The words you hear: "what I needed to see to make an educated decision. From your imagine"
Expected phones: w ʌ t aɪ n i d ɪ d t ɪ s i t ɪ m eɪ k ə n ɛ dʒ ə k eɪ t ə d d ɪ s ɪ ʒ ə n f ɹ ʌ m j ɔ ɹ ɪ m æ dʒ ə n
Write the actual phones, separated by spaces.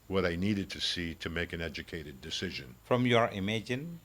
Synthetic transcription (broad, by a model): w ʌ t aɪ n i d ɪ d t ɪ s i t ɪ m eɪ k ə n ɛ dʒ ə k eɪ t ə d d ɪ s ɪ ʒ ə n f ɹ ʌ m j ɔ ɹ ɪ m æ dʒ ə n